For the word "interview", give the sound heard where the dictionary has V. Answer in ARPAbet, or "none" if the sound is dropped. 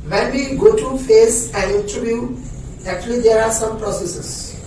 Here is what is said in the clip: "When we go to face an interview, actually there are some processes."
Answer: B